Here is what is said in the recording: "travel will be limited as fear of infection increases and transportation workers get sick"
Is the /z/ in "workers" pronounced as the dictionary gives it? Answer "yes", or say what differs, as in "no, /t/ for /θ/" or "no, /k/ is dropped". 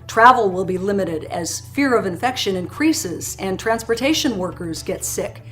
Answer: yes